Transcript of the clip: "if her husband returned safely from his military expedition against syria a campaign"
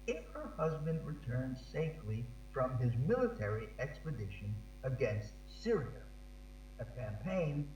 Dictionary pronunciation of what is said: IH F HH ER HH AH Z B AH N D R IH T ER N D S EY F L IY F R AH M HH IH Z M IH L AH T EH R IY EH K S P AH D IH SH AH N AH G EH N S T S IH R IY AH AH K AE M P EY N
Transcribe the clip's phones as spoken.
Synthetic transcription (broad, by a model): IH F HH ER HH AH Z B AH N D R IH T ER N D S EY F L IY F R AH M IH Z M IH L AH T EH R IY EH K S P AH D IH SH AH N AH G EH N S T S IH R IY AH AH K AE M P EY N